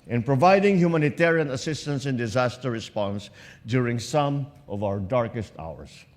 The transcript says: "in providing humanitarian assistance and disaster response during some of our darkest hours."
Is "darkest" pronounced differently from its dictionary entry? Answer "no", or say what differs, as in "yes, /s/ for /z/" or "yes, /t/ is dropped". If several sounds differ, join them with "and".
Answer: no